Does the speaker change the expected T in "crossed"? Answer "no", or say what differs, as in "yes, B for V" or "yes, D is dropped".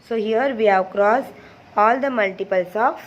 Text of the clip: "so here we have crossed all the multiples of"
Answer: yes, T is dropped